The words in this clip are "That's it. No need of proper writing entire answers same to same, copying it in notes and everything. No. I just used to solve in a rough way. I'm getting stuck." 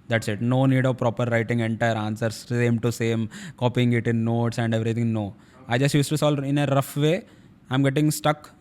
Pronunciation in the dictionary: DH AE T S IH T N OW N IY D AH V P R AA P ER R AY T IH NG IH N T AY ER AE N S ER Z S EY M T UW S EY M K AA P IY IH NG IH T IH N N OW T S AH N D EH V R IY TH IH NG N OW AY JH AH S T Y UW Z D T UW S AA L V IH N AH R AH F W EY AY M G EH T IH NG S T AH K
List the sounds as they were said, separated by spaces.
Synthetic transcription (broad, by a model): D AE T S IH T N OW N IY D AH V P R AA P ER R AY T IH NG IH N T AY ER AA N S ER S S EY M T UW S EY M K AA P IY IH NG IH T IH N N OW T S AH N D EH V R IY T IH NG N OW AY JH AH S T Y UW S T UW S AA L IH N AH R AH F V EY AY M G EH T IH NG S T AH K